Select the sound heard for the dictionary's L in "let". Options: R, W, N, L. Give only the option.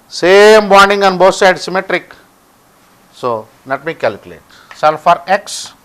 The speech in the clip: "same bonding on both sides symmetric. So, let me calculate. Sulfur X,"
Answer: N